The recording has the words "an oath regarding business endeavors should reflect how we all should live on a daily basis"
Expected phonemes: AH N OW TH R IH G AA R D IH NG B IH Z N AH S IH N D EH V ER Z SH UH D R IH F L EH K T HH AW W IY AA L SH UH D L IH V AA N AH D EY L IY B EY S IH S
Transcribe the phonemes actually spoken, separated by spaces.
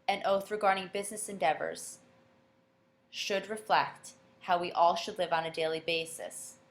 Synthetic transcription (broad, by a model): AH N OW TH R IH G AA R D IH NG B IH Z N AH S IH N D EH V ER Z SH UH D R IH F L EH K T HH AW W IY AA L SH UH D L IH V N AH D EY L IY B EY S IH S